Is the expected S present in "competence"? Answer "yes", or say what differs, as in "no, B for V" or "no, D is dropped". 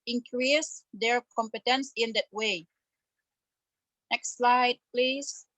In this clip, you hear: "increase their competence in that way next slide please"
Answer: yes